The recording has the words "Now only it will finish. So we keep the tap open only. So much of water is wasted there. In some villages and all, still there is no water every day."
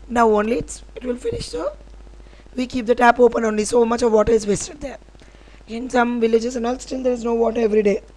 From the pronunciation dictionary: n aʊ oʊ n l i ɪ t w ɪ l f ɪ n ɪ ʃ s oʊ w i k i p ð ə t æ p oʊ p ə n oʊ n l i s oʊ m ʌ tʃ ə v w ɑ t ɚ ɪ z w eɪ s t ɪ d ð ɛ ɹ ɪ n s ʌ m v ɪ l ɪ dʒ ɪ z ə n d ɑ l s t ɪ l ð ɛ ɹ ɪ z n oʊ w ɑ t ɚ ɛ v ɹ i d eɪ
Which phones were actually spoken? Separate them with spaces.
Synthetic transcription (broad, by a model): n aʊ oʊ n l i ɪ t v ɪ l f ɪ n ɪ ʃ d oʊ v i k i p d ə t æ p oʊ p ə n oʊ n l i s oʊ m ʌ tʃ ə v ɑ t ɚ ɪ z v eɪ s t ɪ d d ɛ ɹ ɪ n s ʌ m v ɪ l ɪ dʒ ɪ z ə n ɑ l s t ɪ l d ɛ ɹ ɪ z n oʊ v ɑ t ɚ ɛ v ɹ i d eɪ